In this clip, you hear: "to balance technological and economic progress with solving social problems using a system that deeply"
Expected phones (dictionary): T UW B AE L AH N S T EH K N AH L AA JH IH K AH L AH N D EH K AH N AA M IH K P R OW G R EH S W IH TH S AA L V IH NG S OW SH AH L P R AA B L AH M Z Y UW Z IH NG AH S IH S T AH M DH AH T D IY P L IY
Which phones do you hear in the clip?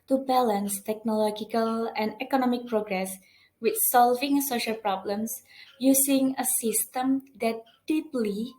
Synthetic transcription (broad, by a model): T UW B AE L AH N S T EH K N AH L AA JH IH K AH L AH N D EH K AH N AA M IH K P R OW G R EH S W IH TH S AA L V IH NG S OW SH AH L P R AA B L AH M S Y UW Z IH NG AH S IH S T AH M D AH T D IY P L IY